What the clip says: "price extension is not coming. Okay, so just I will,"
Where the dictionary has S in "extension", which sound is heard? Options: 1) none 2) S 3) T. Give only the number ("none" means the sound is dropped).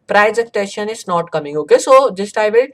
1